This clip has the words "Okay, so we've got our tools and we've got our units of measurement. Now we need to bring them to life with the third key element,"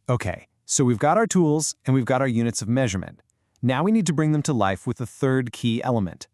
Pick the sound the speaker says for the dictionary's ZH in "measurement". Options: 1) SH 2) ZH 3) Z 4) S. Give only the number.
2